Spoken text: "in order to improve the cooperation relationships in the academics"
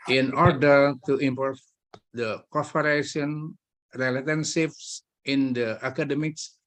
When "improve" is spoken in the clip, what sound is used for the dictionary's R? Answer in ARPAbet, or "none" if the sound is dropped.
none